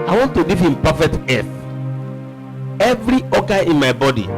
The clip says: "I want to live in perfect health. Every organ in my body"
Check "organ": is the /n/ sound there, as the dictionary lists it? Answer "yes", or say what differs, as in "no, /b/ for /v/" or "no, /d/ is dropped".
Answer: no, /n/ is dropped